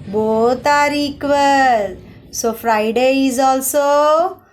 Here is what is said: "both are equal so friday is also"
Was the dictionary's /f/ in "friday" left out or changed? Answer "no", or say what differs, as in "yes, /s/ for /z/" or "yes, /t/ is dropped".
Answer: yes, /p/ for /f/